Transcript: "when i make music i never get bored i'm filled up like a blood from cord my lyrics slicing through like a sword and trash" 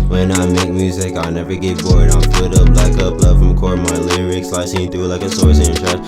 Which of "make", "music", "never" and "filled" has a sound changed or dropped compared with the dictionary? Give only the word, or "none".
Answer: filled